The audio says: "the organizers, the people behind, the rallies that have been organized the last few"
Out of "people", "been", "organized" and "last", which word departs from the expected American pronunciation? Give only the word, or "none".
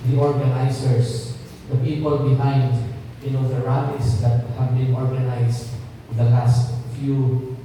organized